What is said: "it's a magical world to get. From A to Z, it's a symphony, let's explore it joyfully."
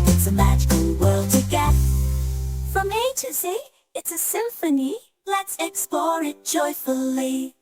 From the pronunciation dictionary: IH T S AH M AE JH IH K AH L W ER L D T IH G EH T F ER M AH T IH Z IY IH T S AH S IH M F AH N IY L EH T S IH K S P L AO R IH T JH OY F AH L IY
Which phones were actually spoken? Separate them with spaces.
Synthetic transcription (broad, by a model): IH T S AH M AE JH IH K AH L W ER L D T IH G EH T F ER M AH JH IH S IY IH T S AH S IH M F AH N IY L EH T S IH K S P L AO R IH T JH OY F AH L IY